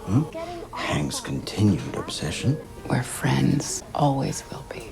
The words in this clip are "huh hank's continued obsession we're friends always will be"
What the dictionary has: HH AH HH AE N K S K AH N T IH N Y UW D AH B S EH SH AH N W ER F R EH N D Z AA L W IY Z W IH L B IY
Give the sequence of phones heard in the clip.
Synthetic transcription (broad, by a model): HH HH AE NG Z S K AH N T IH N Y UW D AH B S EH SH AH N W ER F R EH N D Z AA L W IY Z W IH L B IY